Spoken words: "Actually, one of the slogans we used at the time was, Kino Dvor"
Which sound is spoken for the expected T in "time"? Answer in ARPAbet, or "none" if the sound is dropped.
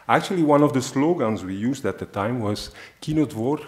T